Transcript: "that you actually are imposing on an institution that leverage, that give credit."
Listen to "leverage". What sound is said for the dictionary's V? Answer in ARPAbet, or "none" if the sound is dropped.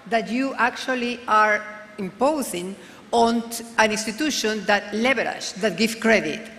B